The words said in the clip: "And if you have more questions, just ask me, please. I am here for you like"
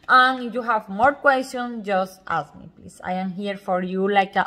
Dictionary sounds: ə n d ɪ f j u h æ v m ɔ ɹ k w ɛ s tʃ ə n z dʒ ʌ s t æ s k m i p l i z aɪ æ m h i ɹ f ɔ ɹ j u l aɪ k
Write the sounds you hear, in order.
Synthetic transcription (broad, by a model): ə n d j u h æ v m ɔ ɹ k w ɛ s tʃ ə n s dʒ ʌ s t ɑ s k m i p l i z aɪ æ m h i ɹ f ɔ ɹ j u l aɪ k